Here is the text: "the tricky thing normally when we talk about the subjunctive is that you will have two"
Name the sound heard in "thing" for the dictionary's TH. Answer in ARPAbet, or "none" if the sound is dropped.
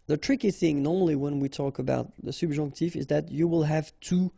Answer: TH